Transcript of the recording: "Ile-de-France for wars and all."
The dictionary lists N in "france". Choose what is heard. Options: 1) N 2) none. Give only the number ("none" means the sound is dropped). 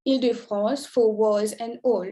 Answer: 2